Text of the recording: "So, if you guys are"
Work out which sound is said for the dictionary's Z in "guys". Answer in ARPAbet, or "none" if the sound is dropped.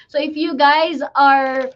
Z